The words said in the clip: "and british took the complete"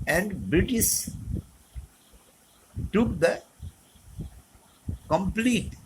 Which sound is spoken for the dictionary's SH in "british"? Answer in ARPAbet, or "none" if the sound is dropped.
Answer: S